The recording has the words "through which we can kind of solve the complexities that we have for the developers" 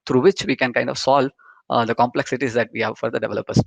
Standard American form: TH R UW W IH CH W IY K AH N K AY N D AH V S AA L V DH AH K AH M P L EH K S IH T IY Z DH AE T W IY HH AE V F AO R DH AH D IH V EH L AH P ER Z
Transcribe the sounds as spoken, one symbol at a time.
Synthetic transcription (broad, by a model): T R UW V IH CH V IY K AH N K AY N D AH V S AA L V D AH K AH M P L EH K S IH T IY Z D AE T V IY HH AE V F AO R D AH D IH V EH L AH P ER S